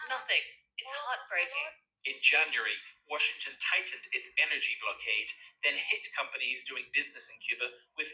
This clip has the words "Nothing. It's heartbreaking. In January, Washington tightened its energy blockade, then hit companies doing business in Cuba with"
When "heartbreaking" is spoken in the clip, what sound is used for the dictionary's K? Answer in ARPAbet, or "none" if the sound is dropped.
none